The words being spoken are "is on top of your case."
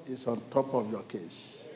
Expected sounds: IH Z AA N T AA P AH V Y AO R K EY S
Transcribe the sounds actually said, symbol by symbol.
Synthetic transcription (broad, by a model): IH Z AA N T AA P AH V Y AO K EY S